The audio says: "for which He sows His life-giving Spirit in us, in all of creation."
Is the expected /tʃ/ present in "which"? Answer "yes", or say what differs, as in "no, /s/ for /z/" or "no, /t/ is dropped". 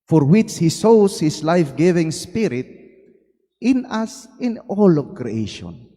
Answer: yes